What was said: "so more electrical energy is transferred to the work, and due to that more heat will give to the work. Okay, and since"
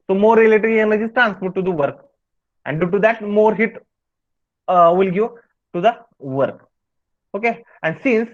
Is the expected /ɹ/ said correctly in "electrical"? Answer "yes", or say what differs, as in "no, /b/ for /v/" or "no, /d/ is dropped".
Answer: no, /ɹ/ is dropped